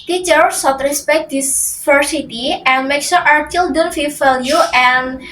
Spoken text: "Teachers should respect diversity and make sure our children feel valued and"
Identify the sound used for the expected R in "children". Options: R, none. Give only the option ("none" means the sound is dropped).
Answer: none